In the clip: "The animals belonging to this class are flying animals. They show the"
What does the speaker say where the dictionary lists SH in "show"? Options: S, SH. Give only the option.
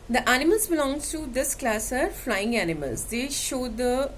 SH